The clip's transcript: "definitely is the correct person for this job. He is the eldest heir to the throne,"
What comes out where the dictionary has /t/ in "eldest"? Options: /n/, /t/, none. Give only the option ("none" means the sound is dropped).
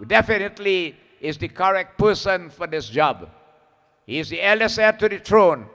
none